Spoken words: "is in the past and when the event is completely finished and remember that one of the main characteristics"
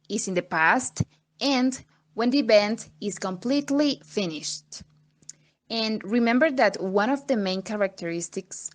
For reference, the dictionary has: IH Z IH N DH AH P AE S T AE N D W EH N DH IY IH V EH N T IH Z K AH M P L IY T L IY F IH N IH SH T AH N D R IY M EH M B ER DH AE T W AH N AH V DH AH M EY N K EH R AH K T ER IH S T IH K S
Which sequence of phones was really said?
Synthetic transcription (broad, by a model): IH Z IH N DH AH P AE S T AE N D W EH N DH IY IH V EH N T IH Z K AH M P L IY T L IY F IH N IH SH T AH N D R IY M EH M B ER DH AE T W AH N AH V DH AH M EY N K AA R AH K T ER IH S T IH K S